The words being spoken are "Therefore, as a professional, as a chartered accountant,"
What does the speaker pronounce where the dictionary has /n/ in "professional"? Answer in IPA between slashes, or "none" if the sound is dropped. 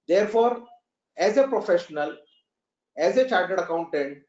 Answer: /n/